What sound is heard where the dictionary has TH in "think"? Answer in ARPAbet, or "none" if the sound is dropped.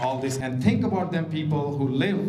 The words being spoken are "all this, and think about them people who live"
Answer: T